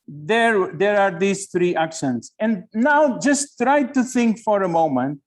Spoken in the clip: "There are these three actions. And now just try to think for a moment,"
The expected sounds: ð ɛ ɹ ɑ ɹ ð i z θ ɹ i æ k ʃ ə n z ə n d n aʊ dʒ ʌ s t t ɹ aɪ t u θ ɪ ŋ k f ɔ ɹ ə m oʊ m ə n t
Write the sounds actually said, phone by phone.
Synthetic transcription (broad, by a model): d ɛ ɹ ɑ ɹ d i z t ɹ i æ k ʃ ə n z ə n d n aʊ dʒ ʌ s t t ɹ aɪ t u t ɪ ŋ k f ɔ ɹ ə m oʊ m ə n t